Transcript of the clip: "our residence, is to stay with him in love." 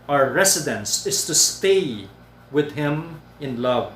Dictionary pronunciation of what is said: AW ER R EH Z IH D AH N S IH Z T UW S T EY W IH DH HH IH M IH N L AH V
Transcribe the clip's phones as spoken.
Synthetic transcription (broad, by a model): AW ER R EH S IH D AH N S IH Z T UW S T EY W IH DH HH IH M IH N L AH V